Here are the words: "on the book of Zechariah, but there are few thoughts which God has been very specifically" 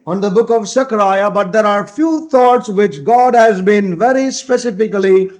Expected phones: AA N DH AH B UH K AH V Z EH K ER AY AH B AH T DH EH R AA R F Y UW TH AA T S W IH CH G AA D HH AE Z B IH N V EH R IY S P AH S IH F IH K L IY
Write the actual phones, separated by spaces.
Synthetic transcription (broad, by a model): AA N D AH B UH K AH V S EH K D AY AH B AH T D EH R AA R F Y UW T AA T S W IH CH G AA D HH AE Z B IH N V EH R IY S P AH S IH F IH K L IY